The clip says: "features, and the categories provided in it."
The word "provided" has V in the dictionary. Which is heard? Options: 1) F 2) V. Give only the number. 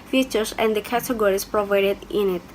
2